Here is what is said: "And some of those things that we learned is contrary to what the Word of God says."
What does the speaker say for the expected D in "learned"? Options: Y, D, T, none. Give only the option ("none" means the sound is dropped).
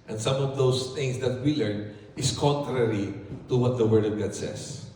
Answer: none